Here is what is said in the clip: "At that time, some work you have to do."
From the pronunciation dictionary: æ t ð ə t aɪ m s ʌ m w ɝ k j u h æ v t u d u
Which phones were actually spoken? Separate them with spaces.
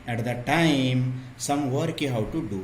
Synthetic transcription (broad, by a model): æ t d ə t aɪ m s ʌ m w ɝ k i h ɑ w t u d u